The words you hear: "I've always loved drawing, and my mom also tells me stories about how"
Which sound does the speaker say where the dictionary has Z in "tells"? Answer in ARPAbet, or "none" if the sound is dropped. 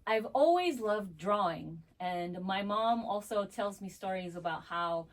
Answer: Z